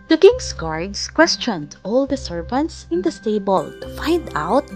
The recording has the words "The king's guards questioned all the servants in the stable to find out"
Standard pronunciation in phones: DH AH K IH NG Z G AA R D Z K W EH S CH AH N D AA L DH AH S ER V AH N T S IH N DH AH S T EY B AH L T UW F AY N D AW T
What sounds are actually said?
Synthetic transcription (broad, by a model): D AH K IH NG S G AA R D S K W EH S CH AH N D AA L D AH S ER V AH N T S IH N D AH S T EY B AH L T UW F AY N D AW T